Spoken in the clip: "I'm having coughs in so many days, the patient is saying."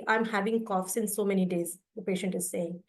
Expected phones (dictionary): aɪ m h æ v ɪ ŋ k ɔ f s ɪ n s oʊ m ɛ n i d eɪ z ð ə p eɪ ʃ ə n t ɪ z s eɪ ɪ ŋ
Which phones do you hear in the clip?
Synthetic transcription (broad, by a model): aɪ m h æ v ɪ ŋ k ɔ f s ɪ n s oʊ m ɛ n i d eɪ z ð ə p eɪ ʃ ə n t ɪ z s eɪ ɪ ŋ